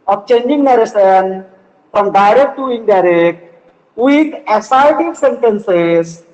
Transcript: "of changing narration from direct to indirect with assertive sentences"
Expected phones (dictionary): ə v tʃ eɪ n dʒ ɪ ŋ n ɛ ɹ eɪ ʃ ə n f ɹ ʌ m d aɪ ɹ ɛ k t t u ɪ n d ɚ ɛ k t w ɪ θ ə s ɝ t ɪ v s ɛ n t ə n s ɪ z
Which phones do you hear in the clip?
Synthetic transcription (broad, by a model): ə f tʃ eɪ n dʒ ɪ ŋ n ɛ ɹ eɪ s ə n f ɹ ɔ m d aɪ ɹ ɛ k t t u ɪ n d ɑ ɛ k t w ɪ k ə s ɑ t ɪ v s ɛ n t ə n s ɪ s